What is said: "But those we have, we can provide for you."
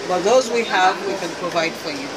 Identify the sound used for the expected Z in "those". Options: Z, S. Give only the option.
Z